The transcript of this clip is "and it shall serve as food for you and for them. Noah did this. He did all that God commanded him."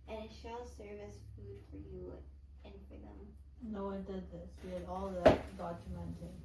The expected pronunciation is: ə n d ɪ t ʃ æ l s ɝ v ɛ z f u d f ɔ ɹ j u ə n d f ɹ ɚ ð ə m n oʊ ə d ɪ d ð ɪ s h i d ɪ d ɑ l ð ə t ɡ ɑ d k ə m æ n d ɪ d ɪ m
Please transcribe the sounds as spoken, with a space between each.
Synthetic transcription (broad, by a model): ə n ɪ t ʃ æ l s ɝ v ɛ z f u d f ɔ ɹ j u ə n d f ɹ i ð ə m n oʊ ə d ɪ d ð ɪ s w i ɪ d ɑ l ð ə t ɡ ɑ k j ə m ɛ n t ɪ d